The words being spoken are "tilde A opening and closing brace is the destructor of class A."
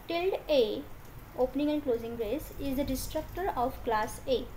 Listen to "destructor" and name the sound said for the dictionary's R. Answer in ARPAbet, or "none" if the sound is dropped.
R